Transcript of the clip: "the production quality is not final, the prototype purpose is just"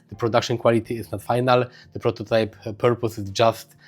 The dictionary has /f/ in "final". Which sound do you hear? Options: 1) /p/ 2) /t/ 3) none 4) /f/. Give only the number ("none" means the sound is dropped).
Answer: 4